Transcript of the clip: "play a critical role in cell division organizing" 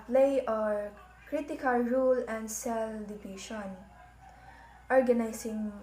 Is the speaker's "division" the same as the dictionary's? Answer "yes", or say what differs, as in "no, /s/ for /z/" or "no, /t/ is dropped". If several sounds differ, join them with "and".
no, /ʃ/ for /ʒ/